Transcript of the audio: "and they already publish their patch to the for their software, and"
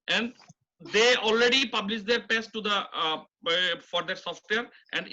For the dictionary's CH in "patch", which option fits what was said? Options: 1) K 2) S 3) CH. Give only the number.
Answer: 2